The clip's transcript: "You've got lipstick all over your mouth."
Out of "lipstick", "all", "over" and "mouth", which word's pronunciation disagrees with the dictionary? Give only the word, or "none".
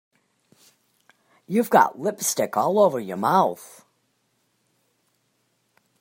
none